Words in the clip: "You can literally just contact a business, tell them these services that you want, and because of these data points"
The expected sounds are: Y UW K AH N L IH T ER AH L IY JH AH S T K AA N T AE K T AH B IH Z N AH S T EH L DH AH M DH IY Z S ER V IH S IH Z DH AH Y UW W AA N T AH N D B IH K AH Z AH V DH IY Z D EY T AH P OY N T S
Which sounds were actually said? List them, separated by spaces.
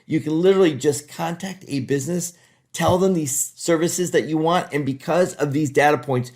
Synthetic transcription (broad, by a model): Y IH K AH N L IH T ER L IY JH AH S K AA N T AE K T AH B IH Z N AH S T EH L DH AH M DH IY Z S ER V IH S IH Z DH AH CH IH W AA N T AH N B IH K AH Z AH V DH IY Z D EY T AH P OY N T S